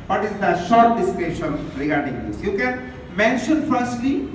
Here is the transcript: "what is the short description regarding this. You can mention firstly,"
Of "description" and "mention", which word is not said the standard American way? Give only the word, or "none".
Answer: description